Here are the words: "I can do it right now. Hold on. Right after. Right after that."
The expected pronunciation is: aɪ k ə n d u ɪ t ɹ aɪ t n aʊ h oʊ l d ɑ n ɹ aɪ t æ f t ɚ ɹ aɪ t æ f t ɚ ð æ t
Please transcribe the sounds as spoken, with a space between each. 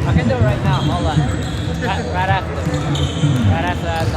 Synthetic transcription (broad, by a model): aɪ k ə n d u ɪ t ɹ aɪ t n aʊ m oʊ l ɑ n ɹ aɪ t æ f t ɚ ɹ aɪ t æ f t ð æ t